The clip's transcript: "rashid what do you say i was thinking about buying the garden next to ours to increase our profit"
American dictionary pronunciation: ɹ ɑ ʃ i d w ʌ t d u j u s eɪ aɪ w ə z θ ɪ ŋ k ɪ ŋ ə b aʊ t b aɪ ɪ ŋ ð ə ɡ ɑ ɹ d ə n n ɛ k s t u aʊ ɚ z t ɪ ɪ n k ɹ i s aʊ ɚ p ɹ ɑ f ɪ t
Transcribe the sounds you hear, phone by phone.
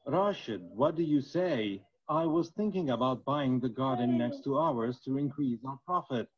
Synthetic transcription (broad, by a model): ɹ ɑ ʃ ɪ d w ʌ t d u j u s eɪ aɪ w ə z θ ɪ ŋ k ɪ ŋ ə b aʊ t b aɪ ɪ ŋ ð ə ɡ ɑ ɹ d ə n n ɛ k s t u aʊ ɚ z t ɪ ɪ n k ɹ i s aʊ ɚ p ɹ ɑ f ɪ t